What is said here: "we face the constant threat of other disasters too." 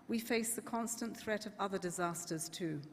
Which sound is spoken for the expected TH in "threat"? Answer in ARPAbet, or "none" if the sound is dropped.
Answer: TH